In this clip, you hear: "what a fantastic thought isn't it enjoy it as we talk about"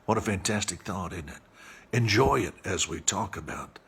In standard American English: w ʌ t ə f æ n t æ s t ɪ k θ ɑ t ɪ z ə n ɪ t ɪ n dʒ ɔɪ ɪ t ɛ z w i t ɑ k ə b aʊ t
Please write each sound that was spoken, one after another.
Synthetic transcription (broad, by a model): w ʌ t ə f æ n t æ s t ɪ k θ ɑ t ɪ n ɪ t ɪ n dʒ ɔɪ ɪ t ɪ z w i t ɑ k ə b aʊ t